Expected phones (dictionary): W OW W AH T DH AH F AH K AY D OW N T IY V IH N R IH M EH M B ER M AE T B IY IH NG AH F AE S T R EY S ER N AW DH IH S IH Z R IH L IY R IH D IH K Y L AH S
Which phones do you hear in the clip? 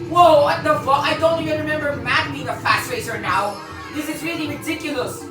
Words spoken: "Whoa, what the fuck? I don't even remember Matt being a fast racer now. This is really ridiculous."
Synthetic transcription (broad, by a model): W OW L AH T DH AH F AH AY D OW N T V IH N R IH M EH M B ER M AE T B IY IH NG AH F AE S T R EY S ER N AW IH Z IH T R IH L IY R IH D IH K Y L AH S